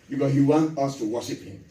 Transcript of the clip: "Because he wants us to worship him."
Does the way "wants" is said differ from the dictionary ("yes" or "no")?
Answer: yes